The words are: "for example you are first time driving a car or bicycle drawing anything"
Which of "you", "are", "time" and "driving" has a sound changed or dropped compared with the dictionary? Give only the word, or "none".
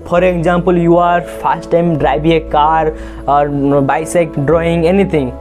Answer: driving